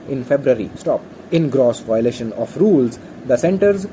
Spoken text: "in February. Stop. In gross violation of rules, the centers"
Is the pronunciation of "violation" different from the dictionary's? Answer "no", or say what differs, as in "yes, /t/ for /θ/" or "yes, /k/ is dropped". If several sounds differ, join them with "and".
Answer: no